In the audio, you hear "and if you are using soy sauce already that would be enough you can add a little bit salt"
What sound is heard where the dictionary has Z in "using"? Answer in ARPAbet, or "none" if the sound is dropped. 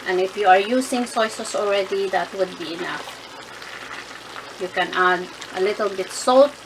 S